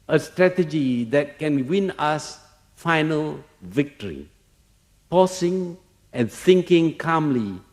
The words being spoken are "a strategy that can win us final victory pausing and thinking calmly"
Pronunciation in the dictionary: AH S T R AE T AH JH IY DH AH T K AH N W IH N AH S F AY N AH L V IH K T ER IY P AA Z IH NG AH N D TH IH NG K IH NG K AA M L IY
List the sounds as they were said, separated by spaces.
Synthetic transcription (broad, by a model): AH S T R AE T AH JH IY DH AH T K AH N W IH N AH S F AY N AH L V IH K T ER IY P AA S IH NG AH N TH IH NG K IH NG K AA M L IY